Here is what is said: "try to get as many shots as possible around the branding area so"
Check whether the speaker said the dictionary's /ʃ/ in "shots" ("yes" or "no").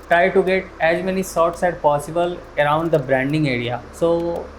no